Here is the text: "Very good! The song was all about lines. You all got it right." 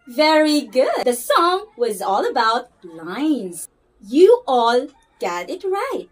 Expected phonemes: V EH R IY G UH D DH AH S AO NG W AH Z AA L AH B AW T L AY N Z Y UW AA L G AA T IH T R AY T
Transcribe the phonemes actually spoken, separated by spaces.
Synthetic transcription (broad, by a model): V EH R IY G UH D DH AH S AO NG W AH Z AA L AH B AW T L AY N Z Y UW AA L G AA T IH T R AY T